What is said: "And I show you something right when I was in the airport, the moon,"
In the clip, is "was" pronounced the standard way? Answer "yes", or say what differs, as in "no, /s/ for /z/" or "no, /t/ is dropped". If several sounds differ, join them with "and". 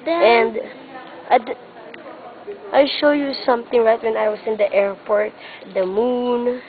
no, /s/ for /z/